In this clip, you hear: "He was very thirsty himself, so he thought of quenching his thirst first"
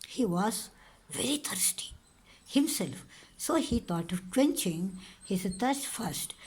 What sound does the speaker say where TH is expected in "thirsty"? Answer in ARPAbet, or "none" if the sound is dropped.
T